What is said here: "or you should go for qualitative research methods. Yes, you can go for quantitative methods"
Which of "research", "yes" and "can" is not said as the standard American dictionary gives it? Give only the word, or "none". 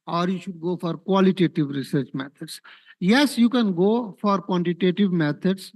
none